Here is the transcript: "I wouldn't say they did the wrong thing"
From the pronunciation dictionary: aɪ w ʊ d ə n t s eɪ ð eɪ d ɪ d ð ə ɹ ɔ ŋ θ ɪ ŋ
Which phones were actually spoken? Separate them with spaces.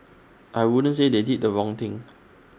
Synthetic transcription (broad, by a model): aɪ w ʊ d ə n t s eɪ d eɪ d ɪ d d ə ɹ ɔ ŋ t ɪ ŋ